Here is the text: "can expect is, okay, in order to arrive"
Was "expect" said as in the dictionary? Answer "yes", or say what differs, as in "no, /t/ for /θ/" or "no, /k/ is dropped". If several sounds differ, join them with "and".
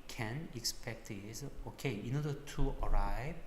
yes